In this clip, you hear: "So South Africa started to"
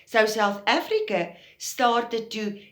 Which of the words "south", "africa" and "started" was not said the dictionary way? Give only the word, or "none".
none